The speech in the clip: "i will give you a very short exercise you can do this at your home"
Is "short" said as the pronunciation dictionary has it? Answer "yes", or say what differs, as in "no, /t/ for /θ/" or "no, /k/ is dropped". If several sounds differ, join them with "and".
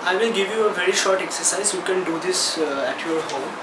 yes